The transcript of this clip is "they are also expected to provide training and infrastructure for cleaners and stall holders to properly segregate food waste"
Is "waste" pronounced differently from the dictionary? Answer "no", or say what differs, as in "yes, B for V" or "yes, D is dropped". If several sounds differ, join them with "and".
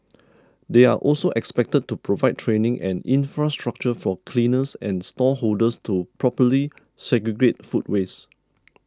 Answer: yes, T is dropped